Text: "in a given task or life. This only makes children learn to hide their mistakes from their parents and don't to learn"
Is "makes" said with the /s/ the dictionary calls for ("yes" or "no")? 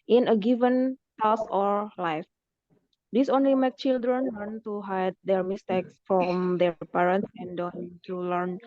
no